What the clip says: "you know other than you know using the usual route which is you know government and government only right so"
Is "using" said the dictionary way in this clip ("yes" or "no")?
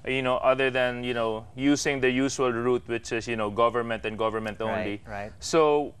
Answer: no